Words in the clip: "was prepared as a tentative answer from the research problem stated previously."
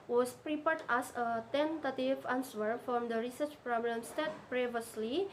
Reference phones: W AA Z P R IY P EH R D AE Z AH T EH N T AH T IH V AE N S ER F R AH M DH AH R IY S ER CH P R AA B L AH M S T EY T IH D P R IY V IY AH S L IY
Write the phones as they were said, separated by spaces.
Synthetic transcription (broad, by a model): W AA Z P R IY P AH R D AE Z AH T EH N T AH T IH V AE N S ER F R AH M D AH R IY S ER CH P R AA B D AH M S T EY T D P R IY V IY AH S L IY